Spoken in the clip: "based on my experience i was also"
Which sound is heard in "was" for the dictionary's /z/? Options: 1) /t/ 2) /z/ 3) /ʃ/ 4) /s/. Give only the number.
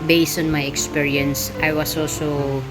4